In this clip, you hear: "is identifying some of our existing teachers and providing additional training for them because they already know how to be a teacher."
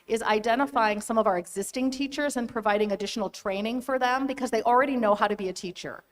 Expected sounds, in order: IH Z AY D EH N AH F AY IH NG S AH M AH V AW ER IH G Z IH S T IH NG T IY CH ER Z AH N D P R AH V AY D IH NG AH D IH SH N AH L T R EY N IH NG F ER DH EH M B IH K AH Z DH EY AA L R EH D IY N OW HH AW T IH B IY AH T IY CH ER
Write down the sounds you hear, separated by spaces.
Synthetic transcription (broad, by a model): IH Z AY D EH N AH F AY IH NG S AH M AH V AW ER IH G Z IH S T IH NG T IY CH ER Z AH N P R AH V AY D IH NG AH D IH SH N L T R EY N IH NG F ER DH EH M B IH K AH Z DH EY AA L R EH D IY N OW HH AW T IH B IY AH T IY CH ER